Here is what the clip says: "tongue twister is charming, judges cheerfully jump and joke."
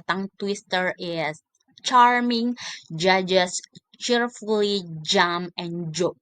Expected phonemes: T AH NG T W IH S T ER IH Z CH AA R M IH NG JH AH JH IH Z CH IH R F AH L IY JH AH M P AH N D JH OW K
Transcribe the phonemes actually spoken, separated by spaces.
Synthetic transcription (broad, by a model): T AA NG T W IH S T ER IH S CH AA R M IH NG JH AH JH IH S CH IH R F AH L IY JH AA M AH N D JH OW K